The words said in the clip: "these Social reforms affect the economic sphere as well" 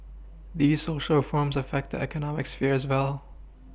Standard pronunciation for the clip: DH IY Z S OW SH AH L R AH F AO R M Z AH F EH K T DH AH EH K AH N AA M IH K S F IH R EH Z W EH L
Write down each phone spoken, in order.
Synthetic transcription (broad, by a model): DH IY Z S OW SH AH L F AO R M Z AH F EH K T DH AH EH K AH N AA M IH K S F IH R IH Z W EH L